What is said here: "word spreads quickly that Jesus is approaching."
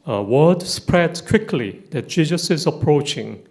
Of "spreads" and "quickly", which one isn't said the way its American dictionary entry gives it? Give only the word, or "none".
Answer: spreads